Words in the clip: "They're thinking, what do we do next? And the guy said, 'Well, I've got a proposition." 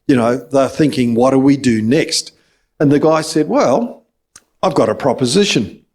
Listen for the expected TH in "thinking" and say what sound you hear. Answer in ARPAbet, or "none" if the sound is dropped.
TH